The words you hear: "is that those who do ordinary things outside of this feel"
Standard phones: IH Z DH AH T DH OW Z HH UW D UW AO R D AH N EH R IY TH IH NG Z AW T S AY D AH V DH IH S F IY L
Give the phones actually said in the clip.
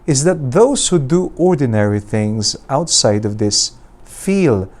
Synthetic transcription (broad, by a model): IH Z DH AH T DH OW Z HH UW D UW AO R D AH N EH R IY TH IH NG Z AW T S AY D AH V DH IH S F IY L